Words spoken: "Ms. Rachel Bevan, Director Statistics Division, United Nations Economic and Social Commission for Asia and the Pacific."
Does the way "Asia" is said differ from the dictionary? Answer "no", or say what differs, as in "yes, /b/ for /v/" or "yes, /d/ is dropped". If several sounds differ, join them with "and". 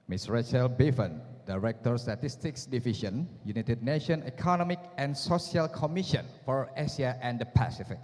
yes, /s/ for /ʒ/